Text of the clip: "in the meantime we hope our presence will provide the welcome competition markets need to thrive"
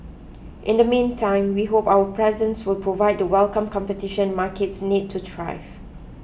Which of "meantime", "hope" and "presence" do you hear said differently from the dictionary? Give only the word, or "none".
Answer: none